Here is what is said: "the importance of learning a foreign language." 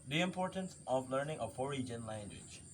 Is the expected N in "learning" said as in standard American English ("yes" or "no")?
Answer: yes